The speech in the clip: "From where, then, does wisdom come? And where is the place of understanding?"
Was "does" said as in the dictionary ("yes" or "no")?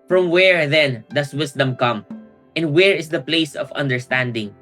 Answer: no